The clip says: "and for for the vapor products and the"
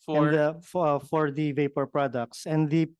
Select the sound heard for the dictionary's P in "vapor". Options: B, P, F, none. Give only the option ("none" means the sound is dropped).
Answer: P